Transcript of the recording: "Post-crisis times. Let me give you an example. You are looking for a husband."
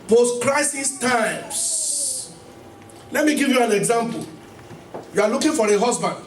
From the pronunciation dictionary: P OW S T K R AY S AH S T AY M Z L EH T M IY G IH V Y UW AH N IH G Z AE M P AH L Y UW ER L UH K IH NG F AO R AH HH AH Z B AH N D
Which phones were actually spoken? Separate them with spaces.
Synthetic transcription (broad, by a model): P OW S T K R AY S AH S T AY M S L EH T M IY G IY V Y UW AH N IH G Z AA M P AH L Y UW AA L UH K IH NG F AO R AH HH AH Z B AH N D